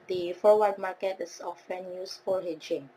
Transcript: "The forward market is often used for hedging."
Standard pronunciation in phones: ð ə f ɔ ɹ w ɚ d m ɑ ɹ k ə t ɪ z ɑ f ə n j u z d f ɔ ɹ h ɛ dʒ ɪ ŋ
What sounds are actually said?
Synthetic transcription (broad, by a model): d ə f ɔ w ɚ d m ɑ k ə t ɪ s ɑ f ə n j u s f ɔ l h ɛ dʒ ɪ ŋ